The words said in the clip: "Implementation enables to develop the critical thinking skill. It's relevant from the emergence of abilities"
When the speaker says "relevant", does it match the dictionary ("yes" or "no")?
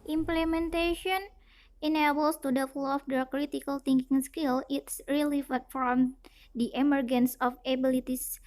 no